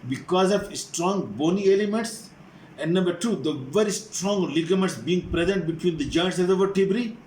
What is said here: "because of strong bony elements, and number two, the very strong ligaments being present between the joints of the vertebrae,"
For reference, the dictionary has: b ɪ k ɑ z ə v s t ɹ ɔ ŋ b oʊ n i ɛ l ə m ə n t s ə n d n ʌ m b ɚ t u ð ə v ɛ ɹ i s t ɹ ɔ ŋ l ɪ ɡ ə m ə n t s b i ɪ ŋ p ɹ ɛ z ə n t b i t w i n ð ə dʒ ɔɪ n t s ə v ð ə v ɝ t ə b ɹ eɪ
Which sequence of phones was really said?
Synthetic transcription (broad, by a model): b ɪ k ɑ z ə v s t ɹ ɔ ŋ b oʊ n i ɛ l ə m ə n t s ə n d n ʌ m b ɚ t u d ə v ɛ ɹ i s t ɹ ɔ ŋ l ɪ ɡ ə m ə t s b i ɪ ŋ p ɹ ɛ z ə n t b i t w i n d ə dʒ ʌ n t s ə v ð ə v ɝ t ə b ɹ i